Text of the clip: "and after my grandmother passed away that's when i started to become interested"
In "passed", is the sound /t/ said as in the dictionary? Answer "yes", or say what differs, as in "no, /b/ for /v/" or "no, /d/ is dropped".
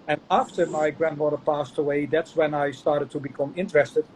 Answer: yes